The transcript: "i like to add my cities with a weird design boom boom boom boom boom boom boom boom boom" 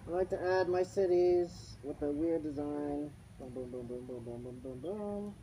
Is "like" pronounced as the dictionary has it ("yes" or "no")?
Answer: yes